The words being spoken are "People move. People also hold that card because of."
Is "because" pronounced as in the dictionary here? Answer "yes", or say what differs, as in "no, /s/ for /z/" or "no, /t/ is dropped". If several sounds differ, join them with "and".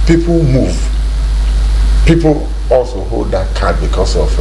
no, /s/ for /z/